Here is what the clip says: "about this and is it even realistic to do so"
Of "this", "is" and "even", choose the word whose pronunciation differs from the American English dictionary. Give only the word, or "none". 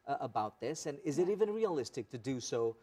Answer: none